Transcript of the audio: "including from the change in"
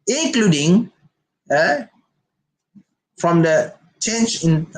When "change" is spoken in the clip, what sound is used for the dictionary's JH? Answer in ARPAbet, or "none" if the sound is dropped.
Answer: CH